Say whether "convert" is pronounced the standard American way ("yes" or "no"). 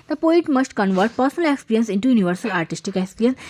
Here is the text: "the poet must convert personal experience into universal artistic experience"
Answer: yes